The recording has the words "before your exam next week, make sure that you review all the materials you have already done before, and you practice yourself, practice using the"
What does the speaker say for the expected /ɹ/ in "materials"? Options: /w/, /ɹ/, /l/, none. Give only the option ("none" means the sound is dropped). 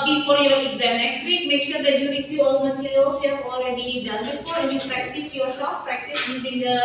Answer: /l/